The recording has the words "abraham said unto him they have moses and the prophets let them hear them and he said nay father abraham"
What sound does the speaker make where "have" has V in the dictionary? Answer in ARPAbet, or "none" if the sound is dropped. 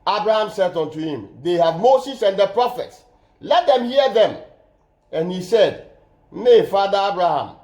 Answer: V